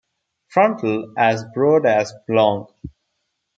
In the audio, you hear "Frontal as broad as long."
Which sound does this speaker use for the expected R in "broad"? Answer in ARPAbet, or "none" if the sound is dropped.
R